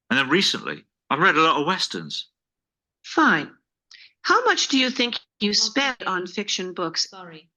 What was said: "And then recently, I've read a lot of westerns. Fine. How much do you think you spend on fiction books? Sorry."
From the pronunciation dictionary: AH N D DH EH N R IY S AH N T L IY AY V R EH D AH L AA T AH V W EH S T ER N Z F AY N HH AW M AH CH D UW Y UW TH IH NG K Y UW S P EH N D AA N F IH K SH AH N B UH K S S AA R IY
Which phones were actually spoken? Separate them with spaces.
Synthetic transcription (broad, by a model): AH N DH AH N R IY S AH N T L IY AY V R EH D AH L AA T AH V W EH S T ER N Z F AY N HH AW M AH CH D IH Y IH TH IH NG K Y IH S P EH N D N F IH K SH AH N B UH K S S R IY